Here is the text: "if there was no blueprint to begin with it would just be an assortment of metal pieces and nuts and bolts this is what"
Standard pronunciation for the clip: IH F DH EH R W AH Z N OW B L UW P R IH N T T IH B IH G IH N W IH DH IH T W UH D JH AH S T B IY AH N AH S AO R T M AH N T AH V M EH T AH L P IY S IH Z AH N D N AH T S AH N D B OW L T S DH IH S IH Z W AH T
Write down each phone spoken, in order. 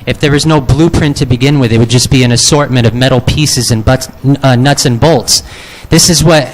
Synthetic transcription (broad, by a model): IH F DH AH R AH Z N OW B L UW P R IH N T T IH B IH G IH N W IH DH IH T W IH D JH AH S B IY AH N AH S AO R T M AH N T AH V M EH T L P IY S IH Z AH N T N AH T S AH N B OW L T S DH IH S IH Z W AH T